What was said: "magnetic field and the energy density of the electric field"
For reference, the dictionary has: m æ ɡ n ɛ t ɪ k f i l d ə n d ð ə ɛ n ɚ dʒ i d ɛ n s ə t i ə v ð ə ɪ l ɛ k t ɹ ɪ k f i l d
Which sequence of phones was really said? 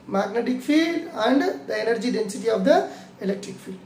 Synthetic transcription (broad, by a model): m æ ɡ n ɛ t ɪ k f i l d ə n d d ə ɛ n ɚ dʒ i d ɛ n s ə t i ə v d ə ɪ l ɛ k t ɹ ɪ k f i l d